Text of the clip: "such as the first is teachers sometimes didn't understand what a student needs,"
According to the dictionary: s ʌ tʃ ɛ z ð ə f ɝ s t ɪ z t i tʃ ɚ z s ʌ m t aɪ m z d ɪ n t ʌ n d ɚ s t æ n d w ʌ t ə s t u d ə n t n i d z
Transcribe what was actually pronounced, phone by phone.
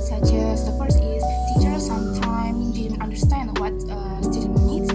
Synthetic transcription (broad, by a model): s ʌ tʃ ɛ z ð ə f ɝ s ɪ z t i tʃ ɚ s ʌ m t aɪ m d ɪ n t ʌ n d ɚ s t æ n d w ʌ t ə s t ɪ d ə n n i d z